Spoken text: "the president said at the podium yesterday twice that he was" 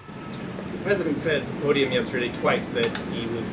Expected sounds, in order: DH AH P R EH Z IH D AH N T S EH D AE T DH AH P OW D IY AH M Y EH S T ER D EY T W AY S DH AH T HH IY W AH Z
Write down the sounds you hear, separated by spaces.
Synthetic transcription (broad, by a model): DH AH P R EH Z IH D AH N T S EH D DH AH P OW D IY AH M Y EH S T ER D EY T W AY S DH AH T HH IY W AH Z